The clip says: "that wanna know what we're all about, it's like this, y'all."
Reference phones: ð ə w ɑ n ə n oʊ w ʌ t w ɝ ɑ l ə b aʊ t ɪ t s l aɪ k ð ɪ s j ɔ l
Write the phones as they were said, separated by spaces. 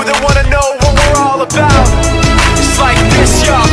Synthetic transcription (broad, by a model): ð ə w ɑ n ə n oʊ w ʌ t w ɝ ɑ l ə b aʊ ɪ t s l aɪ k ð ɪ s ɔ